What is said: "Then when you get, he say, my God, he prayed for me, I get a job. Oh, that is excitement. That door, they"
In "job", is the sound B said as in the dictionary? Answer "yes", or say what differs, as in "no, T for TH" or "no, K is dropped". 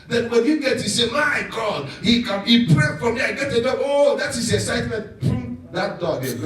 no, B is dropped